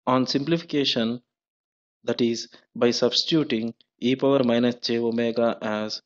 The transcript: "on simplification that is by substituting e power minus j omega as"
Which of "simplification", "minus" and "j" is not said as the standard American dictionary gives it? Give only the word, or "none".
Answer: j